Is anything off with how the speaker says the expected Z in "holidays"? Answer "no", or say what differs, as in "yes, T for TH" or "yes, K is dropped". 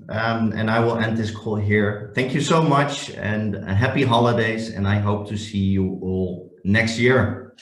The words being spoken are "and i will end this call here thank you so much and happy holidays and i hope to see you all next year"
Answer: no